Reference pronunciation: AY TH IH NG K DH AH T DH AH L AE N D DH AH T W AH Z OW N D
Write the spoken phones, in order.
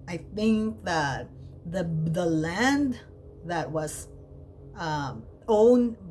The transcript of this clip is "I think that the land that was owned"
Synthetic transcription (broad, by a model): AY TH IH NG K DH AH T DH AH L AE N D DH AH T W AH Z OW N